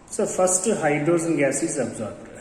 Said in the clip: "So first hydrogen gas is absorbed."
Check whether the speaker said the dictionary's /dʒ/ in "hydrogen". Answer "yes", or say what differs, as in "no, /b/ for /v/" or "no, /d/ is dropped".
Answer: no, /z/ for /dʒ/